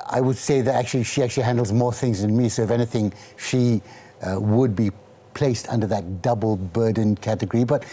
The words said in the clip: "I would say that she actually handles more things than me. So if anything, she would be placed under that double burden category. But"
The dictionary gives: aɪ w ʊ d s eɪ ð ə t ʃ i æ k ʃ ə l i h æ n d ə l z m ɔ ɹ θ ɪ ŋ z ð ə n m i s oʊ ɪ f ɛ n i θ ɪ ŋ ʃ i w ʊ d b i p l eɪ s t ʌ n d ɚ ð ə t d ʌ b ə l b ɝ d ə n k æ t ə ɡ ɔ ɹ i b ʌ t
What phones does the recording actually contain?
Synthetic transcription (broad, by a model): aɪ w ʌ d s eɪ ð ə t ʃ i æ k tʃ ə l i h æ n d l z m ɔ ɹ θ ɪ ŋ z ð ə n m i s oʊ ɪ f ɛ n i θ ɪ ŋ ʃ i w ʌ d b i p l eɪ s t ʌ n d ɚ ð ə t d ʌ b l b ɝ d n k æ t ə ɡ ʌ ɹ i b ʌ t